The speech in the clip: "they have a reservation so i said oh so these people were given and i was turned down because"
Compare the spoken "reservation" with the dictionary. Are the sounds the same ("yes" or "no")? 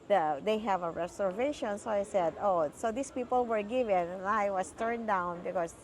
no